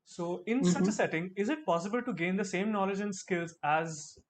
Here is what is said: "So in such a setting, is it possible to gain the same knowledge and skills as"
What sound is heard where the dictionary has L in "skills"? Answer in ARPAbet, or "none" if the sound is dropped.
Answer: L